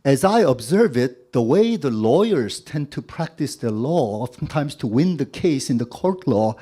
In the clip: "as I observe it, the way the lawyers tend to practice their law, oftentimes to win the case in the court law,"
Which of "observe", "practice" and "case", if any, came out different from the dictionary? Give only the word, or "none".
none